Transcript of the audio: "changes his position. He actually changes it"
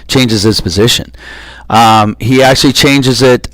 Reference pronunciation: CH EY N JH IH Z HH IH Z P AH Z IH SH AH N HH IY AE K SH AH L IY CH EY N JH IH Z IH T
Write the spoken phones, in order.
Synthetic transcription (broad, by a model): CH EY N JH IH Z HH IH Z P AH Z IH SH AH N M IY AE K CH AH L IY CH EY N JH IH Z IH T